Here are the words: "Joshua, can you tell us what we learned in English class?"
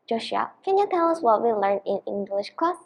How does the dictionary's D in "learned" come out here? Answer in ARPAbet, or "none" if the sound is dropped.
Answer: none